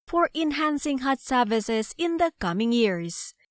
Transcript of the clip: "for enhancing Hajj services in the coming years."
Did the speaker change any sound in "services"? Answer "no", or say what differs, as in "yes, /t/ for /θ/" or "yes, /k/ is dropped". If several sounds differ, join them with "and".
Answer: no